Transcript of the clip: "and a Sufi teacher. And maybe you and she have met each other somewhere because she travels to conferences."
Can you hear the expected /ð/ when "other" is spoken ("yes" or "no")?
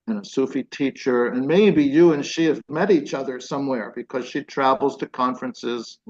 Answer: yes